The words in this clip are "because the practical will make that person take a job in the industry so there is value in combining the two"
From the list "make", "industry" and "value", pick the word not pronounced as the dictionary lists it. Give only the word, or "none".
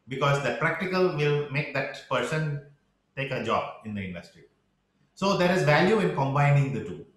none